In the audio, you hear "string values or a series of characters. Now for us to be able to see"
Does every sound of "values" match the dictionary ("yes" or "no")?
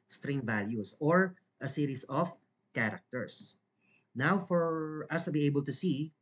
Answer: no